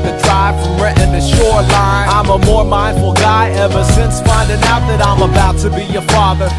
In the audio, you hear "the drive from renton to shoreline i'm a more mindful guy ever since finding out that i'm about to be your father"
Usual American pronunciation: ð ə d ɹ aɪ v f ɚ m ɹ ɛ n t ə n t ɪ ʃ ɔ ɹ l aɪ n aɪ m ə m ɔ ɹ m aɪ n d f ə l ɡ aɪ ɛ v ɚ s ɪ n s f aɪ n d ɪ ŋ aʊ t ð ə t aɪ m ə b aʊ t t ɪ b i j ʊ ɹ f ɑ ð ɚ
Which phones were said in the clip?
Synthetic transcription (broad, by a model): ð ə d ɹ aɪ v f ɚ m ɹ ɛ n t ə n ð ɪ ʃ ɔ ɹ l aɪ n aɪ m ə m ɔ ɹ m aɪ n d f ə l ɡ aɪ ɛ v ɚ s ɪ n s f aɪ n d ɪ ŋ aʊ t ð ə t aɪ m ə b aʊ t t ɪ b i j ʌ ɹ f ɑ ð ɚ